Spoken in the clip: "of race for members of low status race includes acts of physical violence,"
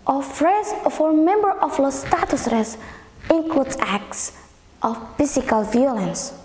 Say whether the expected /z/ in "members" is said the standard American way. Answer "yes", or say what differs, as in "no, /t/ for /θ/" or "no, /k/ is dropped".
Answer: no, /z/ is dropped